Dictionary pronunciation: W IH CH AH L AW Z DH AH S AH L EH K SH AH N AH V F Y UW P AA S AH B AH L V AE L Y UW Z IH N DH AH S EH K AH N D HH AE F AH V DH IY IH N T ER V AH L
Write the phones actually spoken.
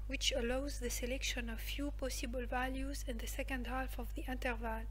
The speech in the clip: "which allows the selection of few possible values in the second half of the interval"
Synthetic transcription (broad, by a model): W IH CH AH L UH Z DH AH S AH L EH K SH AH N AH V F Y UW P AA S AH B AH L V AE L Y UW Z IH N DH AH S EH K AH N D HH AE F AH V DH IY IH N T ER V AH L